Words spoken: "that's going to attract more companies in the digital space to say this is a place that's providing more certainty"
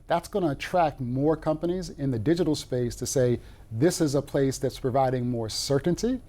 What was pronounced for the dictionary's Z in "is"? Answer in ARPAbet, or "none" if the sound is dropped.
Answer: Z